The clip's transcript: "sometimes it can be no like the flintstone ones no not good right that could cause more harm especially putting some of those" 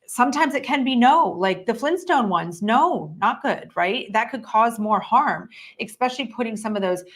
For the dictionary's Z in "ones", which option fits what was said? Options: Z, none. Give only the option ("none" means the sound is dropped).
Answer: Z